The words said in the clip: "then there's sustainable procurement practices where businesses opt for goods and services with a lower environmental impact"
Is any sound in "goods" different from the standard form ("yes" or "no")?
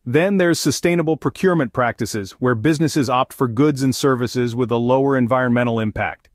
no